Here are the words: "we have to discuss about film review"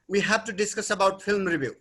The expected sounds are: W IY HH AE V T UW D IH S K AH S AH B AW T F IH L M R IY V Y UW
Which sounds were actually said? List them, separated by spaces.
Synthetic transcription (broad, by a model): W IY HH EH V T UW D IH S K AH S AH B AW T P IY L M R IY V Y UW